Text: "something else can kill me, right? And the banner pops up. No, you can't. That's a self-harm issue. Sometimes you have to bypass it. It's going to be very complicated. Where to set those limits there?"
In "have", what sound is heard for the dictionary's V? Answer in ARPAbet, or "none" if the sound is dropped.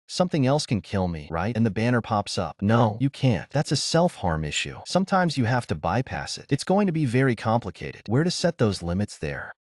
F